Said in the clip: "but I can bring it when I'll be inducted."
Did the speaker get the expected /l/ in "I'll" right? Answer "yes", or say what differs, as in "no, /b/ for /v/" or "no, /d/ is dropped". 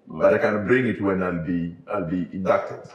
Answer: yes